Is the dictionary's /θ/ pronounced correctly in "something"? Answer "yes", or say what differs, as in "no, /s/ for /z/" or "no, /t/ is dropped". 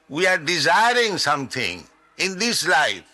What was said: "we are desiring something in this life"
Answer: no, /t/ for /θ/